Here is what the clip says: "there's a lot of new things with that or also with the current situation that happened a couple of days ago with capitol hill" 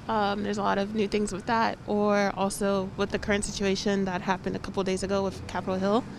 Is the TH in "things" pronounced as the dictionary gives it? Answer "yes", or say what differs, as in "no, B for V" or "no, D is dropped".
yes